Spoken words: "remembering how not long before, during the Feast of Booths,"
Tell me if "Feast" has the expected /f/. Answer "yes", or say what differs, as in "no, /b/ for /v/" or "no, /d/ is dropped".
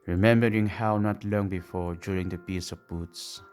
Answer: no, /p/ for /f/